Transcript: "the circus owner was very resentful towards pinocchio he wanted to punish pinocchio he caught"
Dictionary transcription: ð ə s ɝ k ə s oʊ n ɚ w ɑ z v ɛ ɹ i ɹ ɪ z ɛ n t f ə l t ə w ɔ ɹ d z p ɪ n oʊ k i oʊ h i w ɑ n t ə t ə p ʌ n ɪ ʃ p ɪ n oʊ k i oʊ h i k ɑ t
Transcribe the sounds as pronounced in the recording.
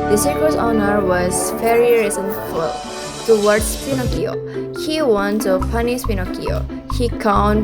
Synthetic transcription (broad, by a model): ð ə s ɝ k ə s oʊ n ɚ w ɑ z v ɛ ɹ i ɹ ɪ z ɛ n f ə l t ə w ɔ ɹ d s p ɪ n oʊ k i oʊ h i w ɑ n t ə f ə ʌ n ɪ s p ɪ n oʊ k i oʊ h i k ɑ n